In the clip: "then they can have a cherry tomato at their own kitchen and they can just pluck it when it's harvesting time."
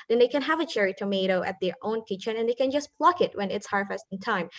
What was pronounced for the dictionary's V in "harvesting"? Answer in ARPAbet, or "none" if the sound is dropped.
F